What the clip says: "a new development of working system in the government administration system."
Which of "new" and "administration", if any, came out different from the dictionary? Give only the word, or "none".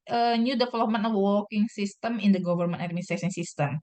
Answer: administration